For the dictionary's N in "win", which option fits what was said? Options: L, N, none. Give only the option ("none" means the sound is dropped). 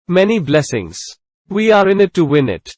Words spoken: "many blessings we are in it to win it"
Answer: N